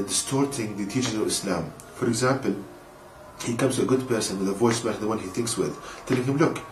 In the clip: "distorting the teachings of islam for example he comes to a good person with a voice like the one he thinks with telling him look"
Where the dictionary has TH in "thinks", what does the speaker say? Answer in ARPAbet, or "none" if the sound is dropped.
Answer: TH